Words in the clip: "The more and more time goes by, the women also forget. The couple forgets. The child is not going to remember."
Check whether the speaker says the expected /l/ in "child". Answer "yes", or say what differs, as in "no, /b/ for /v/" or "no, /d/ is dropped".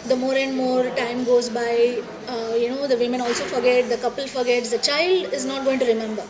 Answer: yes